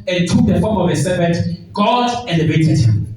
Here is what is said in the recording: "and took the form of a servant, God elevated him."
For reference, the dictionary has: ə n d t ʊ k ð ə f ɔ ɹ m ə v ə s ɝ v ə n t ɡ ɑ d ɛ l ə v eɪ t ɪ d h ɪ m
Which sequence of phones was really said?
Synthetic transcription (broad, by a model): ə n t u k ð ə f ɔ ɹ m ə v ə s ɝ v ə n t ɡ ɑ d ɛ n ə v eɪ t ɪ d h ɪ m